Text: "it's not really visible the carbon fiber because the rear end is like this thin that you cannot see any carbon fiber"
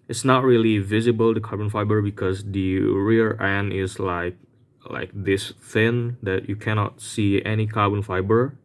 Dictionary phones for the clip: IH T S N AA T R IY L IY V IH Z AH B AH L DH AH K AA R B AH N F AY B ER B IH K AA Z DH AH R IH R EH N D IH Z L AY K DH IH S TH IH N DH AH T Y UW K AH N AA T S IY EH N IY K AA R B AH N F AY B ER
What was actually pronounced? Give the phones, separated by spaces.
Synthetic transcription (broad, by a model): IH T S N AA T R IY L IY V IH Z AH B AH L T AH K AA R B AH N F AY B ER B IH K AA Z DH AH R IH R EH N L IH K L AY K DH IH S TH IH N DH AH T Y UW K AH N AA T S IY EH N IY K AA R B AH N F AY B ER